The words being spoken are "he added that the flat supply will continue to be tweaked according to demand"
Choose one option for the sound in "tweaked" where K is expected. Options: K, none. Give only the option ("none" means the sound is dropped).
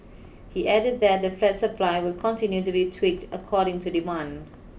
K